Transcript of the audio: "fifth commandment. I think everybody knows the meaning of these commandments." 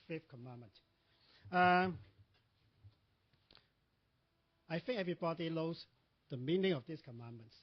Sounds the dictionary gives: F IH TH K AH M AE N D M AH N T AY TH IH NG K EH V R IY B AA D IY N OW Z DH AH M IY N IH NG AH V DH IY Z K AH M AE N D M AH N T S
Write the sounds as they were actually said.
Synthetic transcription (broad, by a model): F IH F K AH M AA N M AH N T AY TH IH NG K EH V R IY B AA D IY L OW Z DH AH M IY N IH NG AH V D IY S K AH M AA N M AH N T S